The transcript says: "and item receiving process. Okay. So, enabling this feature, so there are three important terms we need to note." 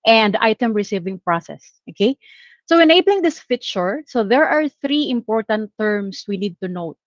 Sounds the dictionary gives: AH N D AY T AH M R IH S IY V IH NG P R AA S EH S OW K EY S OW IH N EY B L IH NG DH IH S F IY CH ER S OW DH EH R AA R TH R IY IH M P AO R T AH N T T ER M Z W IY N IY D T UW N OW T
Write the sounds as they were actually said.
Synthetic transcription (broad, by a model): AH N D AY T AH M R IH S IY V IH NG P R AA S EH S OW K EY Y OW IH N EY B L IH NG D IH S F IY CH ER S OW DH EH R AA R TH R IY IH M P AO R T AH N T T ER M S W IY N IY D T UW N OW T